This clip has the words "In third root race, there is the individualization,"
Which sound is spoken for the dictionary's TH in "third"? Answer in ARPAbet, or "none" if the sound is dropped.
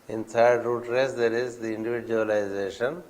T